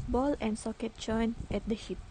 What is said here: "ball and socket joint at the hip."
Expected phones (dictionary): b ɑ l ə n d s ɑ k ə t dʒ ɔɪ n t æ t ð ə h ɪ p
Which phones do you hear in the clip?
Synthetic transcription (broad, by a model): b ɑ l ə n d s ɑ k ə t tʃ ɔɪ n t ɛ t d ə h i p